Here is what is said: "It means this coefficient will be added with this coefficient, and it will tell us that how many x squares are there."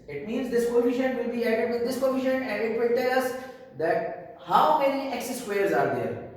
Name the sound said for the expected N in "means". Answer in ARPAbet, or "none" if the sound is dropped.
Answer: N